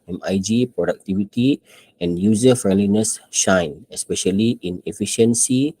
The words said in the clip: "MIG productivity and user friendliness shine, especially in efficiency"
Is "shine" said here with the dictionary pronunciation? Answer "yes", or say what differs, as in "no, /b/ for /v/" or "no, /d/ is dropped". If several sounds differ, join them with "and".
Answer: yes